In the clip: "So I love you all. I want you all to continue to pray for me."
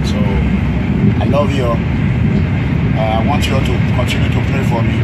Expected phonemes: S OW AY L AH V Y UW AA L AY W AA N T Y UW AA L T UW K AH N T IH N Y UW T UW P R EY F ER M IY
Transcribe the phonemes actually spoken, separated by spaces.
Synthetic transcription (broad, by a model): S OW AY L AH V Y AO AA AY W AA N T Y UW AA T UW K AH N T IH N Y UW T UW P R EY F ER M IY